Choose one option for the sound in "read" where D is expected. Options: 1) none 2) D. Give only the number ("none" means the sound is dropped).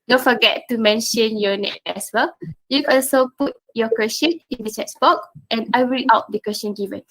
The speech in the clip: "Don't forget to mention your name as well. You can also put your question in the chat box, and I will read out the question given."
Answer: 1